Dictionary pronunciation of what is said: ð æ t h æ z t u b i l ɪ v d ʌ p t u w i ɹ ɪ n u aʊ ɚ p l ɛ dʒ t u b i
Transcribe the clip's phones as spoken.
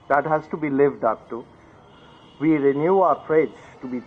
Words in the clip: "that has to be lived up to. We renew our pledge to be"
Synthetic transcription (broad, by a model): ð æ t h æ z t u b i l ɪ v d ʌ p t u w i ɹ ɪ n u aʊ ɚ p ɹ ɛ z t u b i